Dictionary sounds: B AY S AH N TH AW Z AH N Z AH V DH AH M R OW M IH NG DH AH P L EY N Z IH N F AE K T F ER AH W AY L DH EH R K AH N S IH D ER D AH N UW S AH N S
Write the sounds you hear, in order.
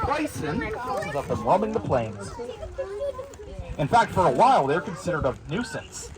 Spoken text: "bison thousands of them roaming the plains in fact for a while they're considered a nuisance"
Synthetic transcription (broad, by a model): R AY S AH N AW S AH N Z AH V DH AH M W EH M IH NG DH AH P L EY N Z IH N F AE K T F ER AH W AY L DH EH R K AH N S IH D ER D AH N UW S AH N S